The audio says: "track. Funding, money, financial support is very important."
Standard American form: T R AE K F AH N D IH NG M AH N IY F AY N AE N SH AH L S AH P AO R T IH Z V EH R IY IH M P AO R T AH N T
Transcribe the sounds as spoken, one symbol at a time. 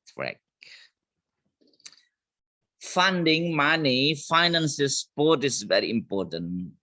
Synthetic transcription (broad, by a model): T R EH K F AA N D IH NG M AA N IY F AY N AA N S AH S P AO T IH S V EH R IY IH M P AO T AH N